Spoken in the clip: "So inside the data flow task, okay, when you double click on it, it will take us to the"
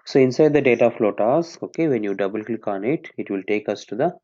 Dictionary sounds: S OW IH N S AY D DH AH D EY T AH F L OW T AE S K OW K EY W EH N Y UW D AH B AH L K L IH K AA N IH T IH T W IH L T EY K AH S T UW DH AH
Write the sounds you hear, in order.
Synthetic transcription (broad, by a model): S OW IH N S AY D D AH D EY T AH F L OW T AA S OW K EY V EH N Y UW D AH B AH L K L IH K AA N IH T IH T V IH L T EY K AH S T UW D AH